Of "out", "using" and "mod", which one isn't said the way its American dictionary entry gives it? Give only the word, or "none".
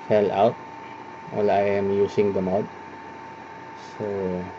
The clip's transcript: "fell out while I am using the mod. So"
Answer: using